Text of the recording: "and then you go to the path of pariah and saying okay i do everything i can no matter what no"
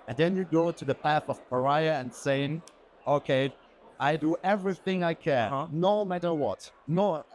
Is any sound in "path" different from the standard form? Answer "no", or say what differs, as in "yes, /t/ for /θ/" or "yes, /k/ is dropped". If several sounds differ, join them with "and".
no